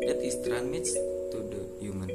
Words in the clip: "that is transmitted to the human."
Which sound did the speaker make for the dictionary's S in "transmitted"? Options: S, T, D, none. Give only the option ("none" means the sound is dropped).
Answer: none